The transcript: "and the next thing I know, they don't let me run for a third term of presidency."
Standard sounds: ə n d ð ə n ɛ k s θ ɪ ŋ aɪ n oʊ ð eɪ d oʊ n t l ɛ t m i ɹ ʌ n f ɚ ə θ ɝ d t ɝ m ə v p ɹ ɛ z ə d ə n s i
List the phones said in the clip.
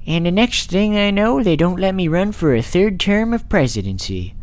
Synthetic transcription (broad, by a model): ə n ð ə n ɛ k s θ ɪ ŋ aɪ n oʊ ð eɪ d oʊ n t l ɛ t m i ɹ ʌ n f ɚ ə θ ɝ d t ɝ m ə v p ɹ ɛ z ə d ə n s i